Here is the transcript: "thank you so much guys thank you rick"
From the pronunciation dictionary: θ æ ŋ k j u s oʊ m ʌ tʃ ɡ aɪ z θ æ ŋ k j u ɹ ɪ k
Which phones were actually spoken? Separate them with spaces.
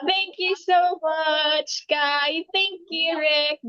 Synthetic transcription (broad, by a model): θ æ ŋ k j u s oʊ m ʌ tʃ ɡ aɪ θ æ ŋ k j u ɹ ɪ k